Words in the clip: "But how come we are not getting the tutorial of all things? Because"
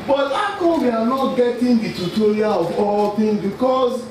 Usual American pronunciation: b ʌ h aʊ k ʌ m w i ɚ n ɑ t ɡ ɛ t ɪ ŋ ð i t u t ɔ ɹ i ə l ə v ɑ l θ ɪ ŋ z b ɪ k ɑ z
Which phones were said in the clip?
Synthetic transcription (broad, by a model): b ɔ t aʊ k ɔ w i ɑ n ɑ t ɡ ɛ t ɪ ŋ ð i t u t ɔ ɹ i ə l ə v ɑ l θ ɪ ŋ b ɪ k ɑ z